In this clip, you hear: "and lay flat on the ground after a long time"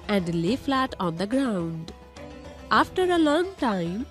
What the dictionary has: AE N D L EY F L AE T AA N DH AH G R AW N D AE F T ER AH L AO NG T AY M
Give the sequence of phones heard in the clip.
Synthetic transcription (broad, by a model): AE N D L EY F L AE T AA N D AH G R AW N D AE F T ER AH L AO NG T AY M